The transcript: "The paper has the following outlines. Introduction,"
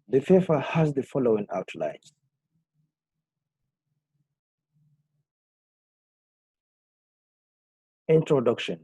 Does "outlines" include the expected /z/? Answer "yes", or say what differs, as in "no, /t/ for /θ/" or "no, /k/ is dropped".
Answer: no, /z/ is dropped